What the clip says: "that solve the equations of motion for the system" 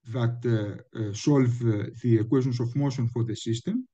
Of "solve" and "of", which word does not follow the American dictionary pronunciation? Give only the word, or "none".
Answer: of